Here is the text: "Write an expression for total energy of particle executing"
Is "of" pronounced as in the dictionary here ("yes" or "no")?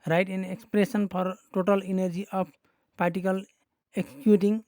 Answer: no